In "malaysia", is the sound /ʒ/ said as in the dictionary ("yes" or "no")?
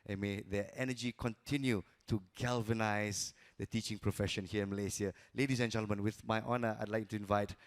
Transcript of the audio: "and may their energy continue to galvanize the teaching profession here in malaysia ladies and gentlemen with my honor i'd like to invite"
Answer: no